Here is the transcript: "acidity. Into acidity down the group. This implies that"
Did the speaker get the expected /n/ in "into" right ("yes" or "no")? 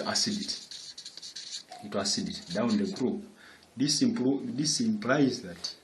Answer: no